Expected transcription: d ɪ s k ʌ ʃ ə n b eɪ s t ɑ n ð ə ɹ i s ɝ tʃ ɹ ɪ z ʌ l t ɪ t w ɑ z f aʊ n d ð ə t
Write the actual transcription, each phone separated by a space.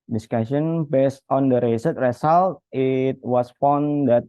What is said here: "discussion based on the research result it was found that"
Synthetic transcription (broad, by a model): d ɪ s k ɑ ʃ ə n b eɪ s t ɑ n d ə ɹ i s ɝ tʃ ɹ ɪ s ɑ l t ɪ t w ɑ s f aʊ n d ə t